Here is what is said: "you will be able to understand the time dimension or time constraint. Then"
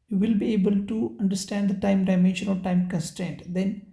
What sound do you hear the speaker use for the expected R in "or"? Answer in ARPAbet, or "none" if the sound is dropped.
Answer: L